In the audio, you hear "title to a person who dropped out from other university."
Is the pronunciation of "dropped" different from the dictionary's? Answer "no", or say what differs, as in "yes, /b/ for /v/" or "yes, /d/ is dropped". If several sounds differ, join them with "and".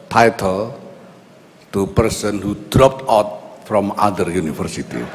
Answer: no